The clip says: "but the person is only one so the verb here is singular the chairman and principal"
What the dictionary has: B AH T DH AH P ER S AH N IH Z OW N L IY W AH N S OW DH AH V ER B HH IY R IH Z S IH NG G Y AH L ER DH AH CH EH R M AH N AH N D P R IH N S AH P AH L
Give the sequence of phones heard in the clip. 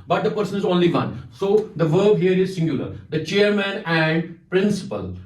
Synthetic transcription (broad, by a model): B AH T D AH P ER S AH N IH Z OW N L IY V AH N S OW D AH V ER B HH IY R IH Z S IH NG G Y AH L ER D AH CH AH R M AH N AH N D P R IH N S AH P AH L